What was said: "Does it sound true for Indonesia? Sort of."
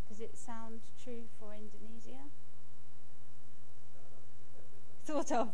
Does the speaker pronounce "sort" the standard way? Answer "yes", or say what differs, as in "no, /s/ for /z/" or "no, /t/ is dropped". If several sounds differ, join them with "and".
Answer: no, /θ/ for /s/